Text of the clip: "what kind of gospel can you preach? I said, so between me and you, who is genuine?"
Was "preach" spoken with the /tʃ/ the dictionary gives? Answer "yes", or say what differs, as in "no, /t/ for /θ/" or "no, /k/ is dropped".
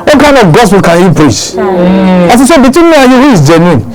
no, /s/ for /tʃ/